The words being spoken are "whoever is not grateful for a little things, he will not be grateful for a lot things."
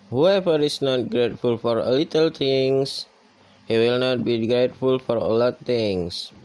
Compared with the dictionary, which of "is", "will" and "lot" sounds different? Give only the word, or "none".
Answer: is